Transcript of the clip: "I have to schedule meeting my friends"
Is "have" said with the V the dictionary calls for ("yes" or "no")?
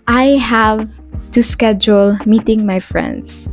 yes